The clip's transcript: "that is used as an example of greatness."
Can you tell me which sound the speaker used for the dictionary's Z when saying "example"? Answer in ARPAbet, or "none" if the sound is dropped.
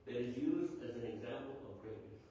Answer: Z